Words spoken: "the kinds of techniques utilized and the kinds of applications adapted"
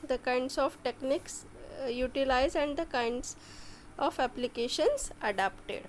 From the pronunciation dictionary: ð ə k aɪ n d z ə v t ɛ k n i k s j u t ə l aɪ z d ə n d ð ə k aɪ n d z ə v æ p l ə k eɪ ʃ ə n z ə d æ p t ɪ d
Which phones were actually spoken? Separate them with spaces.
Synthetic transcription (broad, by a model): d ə k aɪ n d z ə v t ɛ k n i k s j u t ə l aɪ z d ə n d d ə k aɪ n d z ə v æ p l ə k eɪ ʃ ə n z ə d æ p t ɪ d